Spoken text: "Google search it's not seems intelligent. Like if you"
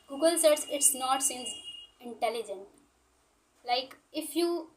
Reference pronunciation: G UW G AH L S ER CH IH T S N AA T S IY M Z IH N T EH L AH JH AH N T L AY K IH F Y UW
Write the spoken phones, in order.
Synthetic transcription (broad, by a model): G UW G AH L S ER S IH T S N AA T S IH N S IH N T EH L AH JH AH N T L AY K IH F Y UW